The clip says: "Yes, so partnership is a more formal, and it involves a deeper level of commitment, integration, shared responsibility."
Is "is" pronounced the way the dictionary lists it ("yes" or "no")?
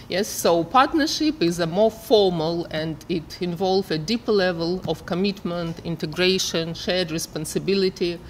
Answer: yes